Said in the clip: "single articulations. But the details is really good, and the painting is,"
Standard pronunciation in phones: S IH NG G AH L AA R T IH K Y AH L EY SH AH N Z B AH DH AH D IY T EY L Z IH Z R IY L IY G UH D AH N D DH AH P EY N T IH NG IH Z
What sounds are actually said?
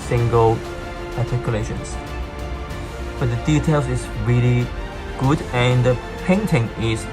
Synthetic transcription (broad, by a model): S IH NG G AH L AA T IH K Y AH L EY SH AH N S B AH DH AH D IY T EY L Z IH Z R IY L IY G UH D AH N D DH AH P EY N T IH NG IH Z